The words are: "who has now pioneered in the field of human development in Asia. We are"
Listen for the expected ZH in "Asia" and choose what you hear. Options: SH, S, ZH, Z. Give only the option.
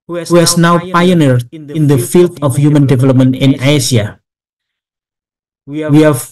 S